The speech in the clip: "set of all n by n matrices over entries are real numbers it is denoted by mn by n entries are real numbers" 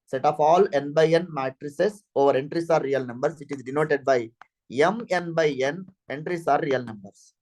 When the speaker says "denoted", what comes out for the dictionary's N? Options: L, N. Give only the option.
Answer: N